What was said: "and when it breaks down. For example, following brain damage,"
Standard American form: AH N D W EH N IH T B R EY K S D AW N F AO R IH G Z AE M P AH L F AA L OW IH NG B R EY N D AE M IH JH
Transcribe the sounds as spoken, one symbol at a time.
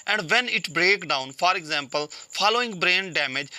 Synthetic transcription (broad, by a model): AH N D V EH N IH T B R EY K D AW N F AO R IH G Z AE M P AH L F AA L OW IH NG B R EY N D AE M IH JH